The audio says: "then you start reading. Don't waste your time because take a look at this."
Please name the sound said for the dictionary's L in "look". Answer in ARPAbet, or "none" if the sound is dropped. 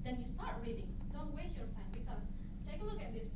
N